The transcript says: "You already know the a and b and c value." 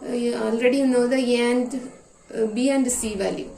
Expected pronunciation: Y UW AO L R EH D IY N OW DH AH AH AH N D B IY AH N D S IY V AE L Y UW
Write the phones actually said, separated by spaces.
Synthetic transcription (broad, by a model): AO L R EH D IY N OW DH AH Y AH N D B IY AH N D S IY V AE L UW